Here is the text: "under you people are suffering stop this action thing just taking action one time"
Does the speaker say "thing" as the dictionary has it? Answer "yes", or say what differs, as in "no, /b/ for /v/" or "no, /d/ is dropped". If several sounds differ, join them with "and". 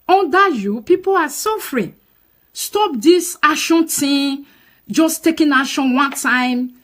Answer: no, /t/ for /θ/